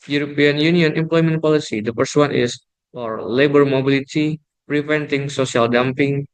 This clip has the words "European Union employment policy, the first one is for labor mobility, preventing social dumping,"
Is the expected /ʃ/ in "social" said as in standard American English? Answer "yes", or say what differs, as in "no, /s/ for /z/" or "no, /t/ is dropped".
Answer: no, /s/ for /ʃ/